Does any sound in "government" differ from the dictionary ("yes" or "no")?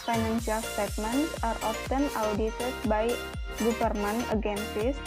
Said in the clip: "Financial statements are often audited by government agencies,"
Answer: yes